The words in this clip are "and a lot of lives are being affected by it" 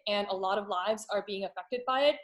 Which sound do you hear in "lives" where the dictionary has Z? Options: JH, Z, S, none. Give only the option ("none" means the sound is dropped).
Z